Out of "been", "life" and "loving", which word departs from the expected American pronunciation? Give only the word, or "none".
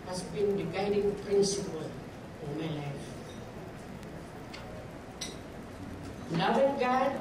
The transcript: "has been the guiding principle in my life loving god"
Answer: loving